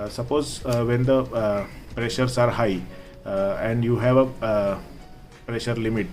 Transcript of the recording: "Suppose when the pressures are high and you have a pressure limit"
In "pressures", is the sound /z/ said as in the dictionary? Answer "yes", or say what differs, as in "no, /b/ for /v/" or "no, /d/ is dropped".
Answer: no, /s/ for /z/